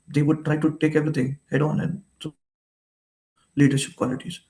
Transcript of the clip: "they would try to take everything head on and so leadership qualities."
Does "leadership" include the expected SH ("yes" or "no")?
yes